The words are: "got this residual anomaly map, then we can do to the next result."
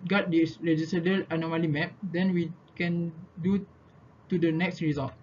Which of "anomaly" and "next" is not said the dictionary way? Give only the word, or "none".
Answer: none